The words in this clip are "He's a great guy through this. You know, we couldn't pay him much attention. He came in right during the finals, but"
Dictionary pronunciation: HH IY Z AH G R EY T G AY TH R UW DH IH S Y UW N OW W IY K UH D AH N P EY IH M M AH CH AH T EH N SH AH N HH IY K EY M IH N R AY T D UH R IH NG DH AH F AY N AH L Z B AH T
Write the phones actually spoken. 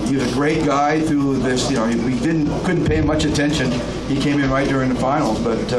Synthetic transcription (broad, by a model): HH IY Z AH G R EY T G AY TH R UW DH IH S Y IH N OW W IY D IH D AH N P EY IH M M AH CH AH T EH N SH AH N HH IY K EY M IH N R AY T D UH R IH NG DH AH F AY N L Z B AH T